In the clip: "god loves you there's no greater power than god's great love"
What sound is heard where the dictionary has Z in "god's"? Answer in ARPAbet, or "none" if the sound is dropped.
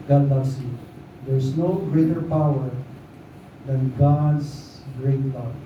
S